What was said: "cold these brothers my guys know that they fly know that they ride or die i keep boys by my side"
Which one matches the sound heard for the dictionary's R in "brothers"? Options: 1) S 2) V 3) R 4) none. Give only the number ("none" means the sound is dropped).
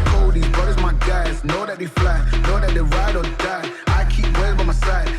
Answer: 4